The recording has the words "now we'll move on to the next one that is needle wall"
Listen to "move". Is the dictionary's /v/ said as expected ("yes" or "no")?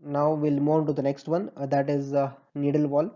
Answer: no